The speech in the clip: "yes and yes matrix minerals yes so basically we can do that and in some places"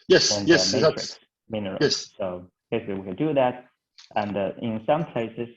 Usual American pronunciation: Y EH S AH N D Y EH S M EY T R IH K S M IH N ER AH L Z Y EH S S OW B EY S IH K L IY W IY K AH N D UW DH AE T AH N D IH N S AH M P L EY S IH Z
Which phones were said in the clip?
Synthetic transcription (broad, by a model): Y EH S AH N Y EH S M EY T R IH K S M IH N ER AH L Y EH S S OW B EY IH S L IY W IY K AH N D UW DH AE T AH N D IH N S AH M P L EY S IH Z